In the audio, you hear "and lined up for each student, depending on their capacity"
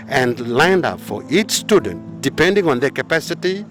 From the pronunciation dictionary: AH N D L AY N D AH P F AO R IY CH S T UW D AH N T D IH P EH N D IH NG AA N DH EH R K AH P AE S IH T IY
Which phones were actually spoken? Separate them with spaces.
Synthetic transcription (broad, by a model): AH N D L AY N D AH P F AO R IY CH S T UW D AH N T D IH P EH N D IH NG AA N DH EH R K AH P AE S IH T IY